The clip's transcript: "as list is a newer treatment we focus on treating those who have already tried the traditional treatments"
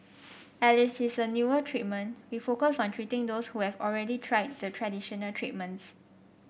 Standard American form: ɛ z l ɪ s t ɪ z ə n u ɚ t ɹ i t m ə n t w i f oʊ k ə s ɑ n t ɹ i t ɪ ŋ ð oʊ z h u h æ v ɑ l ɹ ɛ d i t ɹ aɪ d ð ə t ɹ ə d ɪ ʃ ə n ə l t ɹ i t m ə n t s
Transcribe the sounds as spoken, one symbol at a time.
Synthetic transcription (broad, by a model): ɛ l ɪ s ɪ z ə n u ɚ t ɹ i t m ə n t w i f oʊ k ə s ɑ n t ɹ i t ɪ ŋ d oʊ s h u h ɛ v ɑ l ɹ ɛ d i t ɹ aɪ d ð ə t ɹ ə d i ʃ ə n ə l t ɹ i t m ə n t s